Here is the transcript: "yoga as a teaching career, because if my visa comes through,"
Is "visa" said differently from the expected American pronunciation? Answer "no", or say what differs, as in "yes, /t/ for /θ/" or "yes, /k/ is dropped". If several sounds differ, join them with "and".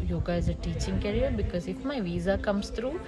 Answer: no